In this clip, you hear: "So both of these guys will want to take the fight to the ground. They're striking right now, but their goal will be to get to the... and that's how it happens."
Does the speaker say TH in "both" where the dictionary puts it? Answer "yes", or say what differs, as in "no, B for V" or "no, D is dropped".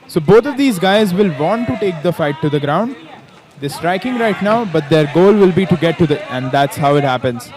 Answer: no, T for TH